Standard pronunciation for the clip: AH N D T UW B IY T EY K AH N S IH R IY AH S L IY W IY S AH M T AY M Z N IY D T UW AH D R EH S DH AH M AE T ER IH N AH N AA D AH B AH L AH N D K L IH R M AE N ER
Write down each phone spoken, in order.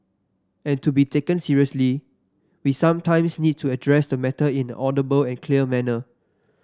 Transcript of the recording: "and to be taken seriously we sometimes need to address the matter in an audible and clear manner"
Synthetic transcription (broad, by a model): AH N T UW B IY T EY K AH N S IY R IY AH S L IY W IY S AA M T AY M S N IY D T UW AH D R EH S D AH M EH T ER IH N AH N AA D AH B AH L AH N K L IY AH M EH N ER